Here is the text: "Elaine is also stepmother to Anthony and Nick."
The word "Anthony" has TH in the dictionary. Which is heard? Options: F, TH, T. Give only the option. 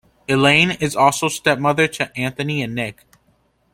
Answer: TH